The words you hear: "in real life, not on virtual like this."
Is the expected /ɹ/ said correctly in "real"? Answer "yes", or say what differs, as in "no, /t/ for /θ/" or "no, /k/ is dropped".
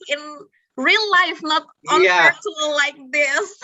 yes